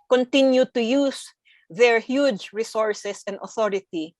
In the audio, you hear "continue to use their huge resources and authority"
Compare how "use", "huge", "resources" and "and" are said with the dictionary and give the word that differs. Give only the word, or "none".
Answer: resources